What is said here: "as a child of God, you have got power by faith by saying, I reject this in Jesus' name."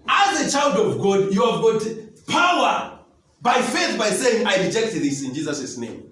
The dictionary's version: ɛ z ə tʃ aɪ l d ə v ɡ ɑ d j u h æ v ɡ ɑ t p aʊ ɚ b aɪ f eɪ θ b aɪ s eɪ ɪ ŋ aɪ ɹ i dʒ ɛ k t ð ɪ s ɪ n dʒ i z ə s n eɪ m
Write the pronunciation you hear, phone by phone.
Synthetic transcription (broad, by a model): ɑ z ə tʃ aɪ l d ə v ɡ ɑ d j u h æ v ɡ ɑ t p aʊ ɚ b aɪ f eɪ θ b aɪ s eɪ ɪ ŋ aɪ ɹ i dʒ ɛ k t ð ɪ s ɪ n dʒ i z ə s n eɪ m